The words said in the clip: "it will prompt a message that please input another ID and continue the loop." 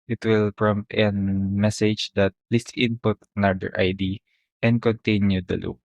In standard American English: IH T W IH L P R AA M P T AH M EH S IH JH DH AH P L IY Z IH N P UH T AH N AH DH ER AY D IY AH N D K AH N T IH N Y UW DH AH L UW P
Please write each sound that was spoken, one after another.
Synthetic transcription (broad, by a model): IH T W IH L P R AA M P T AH M EH S IH JH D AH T L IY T IH N P UH T N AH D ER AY D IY AH N D K AH N T IH N Y UW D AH L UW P